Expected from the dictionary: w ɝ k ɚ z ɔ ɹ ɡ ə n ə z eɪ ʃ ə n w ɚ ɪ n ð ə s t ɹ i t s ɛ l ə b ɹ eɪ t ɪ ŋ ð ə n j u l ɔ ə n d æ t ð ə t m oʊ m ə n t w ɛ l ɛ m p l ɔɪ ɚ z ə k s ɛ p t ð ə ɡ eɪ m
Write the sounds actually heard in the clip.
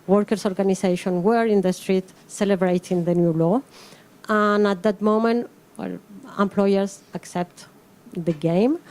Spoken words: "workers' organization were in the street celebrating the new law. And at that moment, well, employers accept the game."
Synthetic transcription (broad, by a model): w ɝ k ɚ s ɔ ɹ ɡ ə n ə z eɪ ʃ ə n w ɚ ɪ n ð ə s t ɹ i t s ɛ l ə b ɹ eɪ t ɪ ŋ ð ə n j u l ɔ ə n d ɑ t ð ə t m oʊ m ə n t w ɛ l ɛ m p l ɔɪ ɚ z ə k s ɛ p t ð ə ɡ eɪ m